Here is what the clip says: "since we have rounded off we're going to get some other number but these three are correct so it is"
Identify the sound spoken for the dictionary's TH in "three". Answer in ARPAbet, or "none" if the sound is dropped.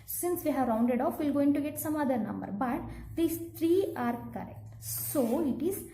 T